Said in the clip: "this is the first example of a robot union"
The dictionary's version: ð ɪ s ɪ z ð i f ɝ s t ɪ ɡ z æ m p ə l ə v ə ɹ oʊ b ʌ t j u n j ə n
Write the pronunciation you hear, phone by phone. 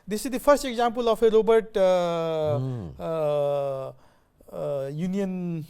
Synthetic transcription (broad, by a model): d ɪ s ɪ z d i p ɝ s t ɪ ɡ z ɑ m p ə l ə f ə ɹ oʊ b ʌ t j u n j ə n